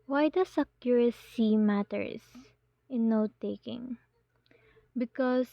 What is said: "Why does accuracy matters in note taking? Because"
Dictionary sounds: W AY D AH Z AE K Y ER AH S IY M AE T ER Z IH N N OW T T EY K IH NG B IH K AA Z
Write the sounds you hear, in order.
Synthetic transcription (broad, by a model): W AY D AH S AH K Y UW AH S IY M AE T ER S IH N N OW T T EY K IH NG B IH K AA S